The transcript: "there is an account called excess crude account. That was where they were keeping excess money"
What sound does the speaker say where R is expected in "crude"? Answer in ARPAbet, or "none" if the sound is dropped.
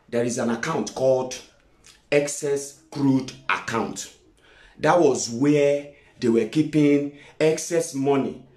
R